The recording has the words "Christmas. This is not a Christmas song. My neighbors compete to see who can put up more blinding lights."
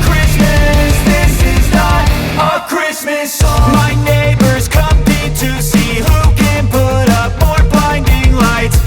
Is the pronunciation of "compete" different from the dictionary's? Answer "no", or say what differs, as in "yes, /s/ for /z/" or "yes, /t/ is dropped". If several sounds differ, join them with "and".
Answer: yes, /p/ is dropped